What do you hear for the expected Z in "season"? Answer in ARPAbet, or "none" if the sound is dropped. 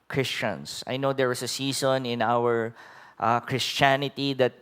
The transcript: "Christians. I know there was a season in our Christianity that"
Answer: S